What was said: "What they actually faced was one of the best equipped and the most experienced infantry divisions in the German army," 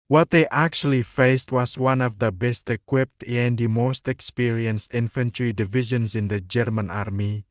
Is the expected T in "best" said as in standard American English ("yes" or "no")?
yes